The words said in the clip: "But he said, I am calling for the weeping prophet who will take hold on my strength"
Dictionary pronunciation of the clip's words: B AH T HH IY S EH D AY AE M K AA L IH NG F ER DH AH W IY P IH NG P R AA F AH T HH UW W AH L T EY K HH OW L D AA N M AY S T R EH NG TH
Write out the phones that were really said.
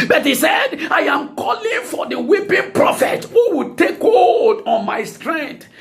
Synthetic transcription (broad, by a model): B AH T HH IY S EH D AY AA M K AA L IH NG F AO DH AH W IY P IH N P R AA F AH T HH UW W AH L T EY K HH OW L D AA N M AY S T R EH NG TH